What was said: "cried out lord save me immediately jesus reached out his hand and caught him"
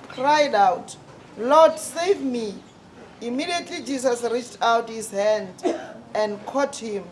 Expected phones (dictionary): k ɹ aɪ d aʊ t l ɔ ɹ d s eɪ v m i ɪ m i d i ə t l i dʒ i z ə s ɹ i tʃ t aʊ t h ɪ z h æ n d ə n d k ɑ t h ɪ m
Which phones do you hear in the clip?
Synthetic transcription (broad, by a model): k ɹ aɪ d aʊ t l ɔ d s eɪ v m i ɪ m i d i ə t l i dʒ i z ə s ɹ i tʃ t aʊ t h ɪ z h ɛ n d ə n d k ɑ t h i m